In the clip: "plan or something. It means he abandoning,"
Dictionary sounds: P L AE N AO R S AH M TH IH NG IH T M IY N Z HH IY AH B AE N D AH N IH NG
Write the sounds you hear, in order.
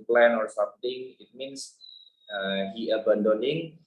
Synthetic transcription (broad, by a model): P L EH N AO R S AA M T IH NG IH T M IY N S HH IY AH B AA N D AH N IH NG